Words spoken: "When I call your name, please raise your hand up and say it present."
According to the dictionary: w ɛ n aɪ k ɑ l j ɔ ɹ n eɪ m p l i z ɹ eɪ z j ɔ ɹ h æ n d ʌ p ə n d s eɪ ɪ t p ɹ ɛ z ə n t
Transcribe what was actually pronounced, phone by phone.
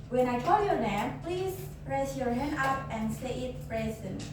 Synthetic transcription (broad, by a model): w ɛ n aɪ k ɑ l j ɔ ɹ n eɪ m p l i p ɹ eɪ s j ɔ ɹ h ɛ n ʌ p ə n d s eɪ ɪ t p ɹ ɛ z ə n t